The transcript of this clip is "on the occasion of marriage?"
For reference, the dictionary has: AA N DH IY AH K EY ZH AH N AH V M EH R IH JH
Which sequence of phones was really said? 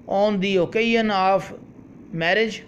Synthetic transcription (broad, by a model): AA N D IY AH K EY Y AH N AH P M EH R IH JH